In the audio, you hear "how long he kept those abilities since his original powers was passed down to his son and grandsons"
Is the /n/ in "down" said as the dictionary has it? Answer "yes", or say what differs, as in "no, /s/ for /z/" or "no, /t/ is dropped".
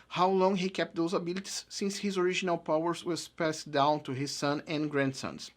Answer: yes